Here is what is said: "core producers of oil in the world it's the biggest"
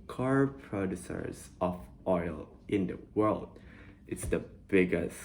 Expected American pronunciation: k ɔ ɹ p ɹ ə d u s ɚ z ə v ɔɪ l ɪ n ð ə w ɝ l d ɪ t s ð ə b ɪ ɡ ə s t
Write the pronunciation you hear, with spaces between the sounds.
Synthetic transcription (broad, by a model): k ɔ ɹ p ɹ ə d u s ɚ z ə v ɔɪ l ɪ n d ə w ɝ l d ɪ t s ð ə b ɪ ɡ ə s